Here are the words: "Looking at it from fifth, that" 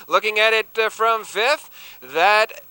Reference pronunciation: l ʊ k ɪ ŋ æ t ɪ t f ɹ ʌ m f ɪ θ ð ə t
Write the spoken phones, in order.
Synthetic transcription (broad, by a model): l ʊ k ɪ ŋ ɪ t ɪ t f ɹ ʌ m f ɪ θ ð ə t